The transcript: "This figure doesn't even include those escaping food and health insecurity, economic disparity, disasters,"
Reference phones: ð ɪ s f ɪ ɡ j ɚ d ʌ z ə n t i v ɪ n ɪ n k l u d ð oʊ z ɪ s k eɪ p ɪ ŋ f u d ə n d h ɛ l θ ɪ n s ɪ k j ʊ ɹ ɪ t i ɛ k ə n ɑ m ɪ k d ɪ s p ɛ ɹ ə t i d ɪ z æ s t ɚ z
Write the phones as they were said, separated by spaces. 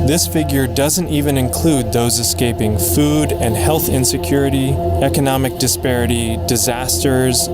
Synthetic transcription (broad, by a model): ð ɪ s f ɪ ɡ j ɚ d ʌ z ə n t i v ɪ n ɪ n k l u d ð oʊ z ɪ s k eɪ p ɪ ŋ f u d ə n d h ɛ l θ ɪ n s ɪ k j ʊ ɹ ɪ t i ɛ k ə n ɑ m ɪ k d ɪ s p ɛ ɹ ə t i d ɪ z æ s t ɚ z